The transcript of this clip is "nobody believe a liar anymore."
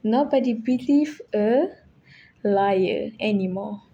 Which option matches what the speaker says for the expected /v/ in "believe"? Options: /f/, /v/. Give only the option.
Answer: /f/